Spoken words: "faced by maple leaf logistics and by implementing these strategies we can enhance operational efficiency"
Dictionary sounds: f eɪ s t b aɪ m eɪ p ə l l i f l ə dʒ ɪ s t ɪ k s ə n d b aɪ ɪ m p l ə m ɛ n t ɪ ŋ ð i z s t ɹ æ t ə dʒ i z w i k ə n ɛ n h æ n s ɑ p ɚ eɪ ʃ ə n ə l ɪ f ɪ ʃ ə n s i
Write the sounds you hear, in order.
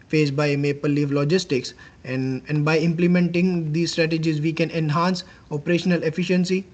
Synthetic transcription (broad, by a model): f eɪ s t b aɪ m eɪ p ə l l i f l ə dʒ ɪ s t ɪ k s ə n d b aɪ ɪ m p l ə m ɛ n t ɪ ŋ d i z s t ɹ æ t ə dʒ i z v i k ə n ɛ n h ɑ n s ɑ p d eɪ ʃ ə n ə l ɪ f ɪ ʃ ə n s i